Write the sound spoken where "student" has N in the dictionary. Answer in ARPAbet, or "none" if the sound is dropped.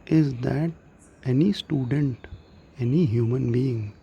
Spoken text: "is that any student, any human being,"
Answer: N